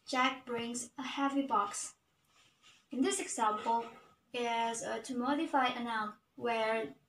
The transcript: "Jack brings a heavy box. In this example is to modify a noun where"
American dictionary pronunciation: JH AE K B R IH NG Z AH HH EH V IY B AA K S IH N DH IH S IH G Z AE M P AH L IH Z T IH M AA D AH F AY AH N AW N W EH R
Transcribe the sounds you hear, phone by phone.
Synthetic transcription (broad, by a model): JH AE K B R IH NG Z AH HH EH V IY B AA K S IH N DH IH S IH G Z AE M P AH L IH Z T IH M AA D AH F AY AH N AW N W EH R